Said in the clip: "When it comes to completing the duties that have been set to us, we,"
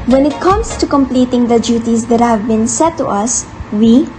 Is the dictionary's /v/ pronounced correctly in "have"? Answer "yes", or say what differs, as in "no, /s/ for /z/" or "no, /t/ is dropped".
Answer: yes